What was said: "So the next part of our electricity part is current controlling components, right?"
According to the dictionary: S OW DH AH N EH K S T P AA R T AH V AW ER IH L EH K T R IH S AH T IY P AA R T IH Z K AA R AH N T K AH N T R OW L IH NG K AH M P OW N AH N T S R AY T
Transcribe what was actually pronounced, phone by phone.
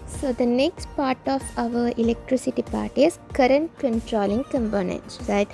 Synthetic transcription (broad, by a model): S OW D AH N EH K S T P AA R T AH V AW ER IH L EH K T R IH S AH T IY P AA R T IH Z K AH R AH N T K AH N T R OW L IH NG K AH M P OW N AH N S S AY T